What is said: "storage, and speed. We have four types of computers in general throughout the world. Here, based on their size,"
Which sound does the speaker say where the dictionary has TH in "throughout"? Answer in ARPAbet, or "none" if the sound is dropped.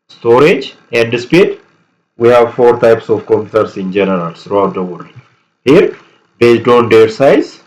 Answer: T